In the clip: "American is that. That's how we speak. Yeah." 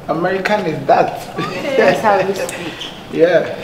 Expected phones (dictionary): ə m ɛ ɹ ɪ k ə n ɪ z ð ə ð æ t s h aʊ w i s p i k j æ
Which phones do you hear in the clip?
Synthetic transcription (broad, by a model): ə m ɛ ɹ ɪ k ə n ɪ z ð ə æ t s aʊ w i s i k j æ